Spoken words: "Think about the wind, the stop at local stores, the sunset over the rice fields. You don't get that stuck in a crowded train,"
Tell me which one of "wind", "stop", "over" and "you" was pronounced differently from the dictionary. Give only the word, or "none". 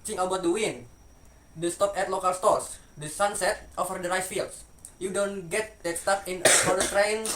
over